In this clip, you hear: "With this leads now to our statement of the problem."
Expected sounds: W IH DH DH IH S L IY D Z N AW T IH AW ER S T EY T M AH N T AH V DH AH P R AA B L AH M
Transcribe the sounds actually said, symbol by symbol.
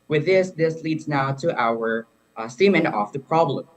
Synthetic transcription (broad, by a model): W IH DH DH IH S L IY D Z N AW T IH AW ER S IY M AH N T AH F DH AH P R AA B L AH M